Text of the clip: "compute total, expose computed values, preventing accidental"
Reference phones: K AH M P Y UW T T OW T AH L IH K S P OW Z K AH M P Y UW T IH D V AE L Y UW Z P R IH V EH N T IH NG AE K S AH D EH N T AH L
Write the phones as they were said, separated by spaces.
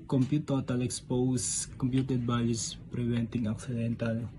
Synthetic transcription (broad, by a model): K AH M P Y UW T T OW T AH L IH K S P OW S K AH M P Y UW T IH D B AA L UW S P R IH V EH N T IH NG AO K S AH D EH N T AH L